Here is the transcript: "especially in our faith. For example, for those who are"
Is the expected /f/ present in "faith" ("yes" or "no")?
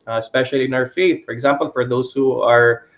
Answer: yes